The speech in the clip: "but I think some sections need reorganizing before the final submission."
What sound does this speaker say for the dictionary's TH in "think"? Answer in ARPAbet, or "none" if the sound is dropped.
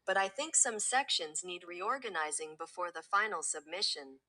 TH